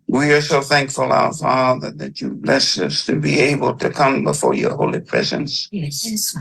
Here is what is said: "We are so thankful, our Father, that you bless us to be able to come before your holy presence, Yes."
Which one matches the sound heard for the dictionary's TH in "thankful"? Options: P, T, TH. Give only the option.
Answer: TH